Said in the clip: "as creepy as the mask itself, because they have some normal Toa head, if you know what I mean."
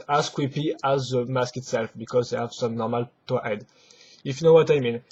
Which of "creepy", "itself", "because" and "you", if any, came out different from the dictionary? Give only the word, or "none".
creepy